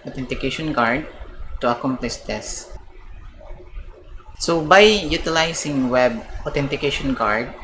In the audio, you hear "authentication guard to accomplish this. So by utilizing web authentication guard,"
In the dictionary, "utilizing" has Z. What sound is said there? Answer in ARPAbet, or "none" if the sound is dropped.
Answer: S